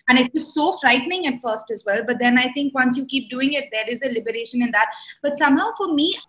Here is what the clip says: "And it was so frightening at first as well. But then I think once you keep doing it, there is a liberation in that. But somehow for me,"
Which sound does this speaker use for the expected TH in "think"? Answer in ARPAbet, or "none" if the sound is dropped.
T